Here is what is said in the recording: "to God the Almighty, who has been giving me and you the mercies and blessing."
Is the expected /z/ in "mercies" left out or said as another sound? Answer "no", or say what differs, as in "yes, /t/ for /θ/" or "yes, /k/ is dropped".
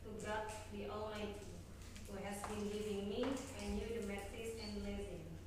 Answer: yes, /s/ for /z/